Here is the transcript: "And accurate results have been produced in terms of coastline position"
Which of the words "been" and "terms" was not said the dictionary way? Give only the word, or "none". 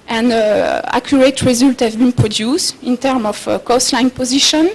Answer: terms